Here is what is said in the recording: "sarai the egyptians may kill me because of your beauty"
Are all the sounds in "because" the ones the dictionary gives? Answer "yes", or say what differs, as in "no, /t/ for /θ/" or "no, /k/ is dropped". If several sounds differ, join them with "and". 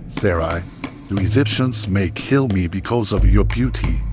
yes